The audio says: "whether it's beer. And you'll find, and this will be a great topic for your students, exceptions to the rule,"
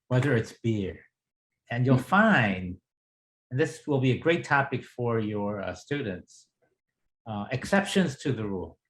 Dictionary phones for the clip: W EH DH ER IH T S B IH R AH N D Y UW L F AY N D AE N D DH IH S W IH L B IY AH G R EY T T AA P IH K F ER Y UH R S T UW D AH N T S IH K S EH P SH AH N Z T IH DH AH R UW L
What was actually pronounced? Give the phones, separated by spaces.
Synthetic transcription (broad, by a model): W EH DH ER IH T S B IH R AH N Y UW L F AY N D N DH IH S W IH L B IY AH G R EY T T AA P IH K F ER Y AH R S T UW D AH N T S IH K S EH P SH AH N Z T IH DH AH R UW L